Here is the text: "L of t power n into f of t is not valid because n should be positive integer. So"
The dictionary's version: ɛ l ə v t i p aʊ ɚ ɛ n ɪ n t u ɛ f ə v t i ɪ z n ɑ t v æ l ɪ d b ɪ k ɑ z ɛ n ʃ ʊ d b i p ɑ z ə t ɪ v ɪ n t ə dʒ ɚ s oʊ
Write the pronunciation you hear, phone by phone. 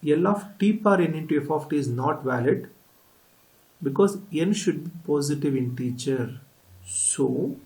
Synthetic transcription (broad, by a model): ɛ l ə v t i p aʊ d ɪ n ɪ n t u ɛ f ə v t i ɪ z n ɑ t v æ l ɪ d b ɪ k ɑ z ɛ n ʃ ʊ d b i p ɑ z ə t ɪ v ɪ n t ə tʃ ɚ s oʊ